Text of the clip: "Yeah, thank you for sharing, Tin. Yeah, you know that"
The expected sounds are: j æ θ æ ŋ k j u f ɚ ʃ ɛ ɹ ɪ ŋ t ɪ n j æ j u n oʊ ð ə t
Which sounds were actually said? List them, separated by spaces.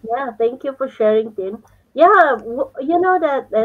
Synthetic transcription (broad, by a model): j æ t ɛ ŋ k j u f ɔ ʃ ɛ ɹ ɪ ŋ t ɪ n j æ j u n oʊ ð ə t